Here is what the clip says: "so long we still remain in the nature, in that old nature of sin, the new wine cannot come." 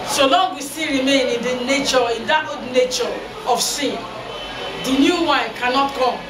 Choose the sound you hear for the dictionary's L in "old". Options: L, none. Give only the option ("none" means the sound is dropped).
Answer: none